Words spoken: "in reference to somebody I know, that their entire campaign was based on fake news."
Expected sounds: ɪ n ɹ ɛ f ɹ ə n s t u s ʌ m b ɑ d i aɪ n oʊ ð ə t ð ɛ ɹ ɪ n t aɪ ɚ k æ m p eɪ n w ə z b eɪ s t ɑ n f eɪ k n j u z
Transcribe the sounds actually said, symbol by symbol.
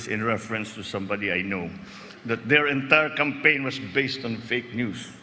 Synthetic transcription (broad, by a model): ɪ n ɹ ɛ f ɹ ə n s t u s ʌ m b ɑ d i aɪ n oʊ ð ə t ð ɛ ɹ ɪ n t aɪ ɚ k æ m p eɪ n w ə s b eɪ s t ɑ n f eɪ k n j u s